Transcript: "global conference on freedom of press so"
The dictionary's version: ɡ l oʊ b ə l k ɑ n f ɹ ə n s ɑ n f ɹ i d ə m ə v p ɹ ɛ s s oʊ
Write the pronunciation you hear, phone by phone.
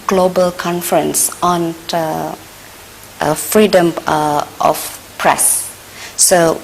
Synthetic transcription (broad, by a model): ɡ l oʊ b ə l k ɑ n f ɹ ə n s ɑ n f ɹ i d ə m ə f p ɹ ɛ s s oʊ